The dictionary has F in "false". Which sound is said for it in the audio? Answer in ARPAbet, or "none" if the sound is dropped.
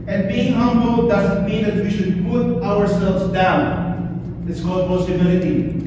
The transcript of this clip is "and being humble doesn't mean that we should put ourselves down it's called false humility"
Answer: P